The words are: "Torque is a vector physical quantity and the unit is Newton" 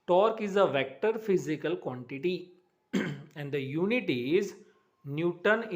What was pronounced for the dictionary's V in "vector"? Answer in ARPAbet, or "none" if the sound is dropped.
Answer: V